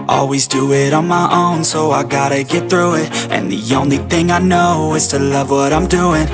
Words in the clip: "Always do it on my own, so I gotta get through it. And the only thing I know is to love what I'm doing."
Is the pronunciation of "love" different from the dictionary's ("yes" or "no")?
no